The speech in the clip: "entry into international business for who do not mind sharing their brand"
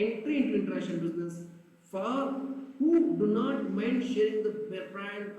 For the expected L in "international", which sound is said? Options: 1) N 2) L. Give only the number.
1